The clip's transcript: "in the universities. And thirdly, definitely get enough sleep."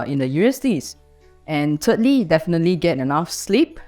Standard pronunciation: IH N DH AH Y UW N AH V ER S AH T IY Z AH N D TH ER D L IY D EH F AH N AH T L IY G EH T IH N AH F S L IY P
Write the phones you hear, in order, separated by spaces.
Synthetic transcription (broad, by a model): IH N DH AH Y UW AH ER S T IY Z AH N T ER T L IY D EH F AH N AH T L IY G EH T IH N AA F S L IY P